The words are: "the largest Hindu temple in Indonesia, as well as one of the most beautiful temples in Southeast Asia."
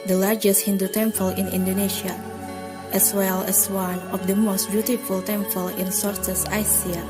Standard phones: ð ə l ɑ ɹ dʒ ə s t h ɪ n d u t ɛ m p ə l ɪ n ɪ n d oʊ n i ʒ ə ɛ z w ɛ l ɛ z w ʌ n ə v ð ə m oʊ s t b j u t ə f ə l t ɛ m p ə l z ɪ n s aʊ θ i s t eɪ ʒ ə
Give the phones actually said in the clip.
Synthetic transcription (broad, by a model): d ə l ɑ ɹ dʒ ə s t h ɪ n d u t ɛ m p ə l ɪ n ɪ n d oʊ n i ʃ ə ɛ s w ɛ l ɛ s w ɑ n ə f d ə m oʊ s t b j u t ə f ə l t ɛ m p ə l ɪ n s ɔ t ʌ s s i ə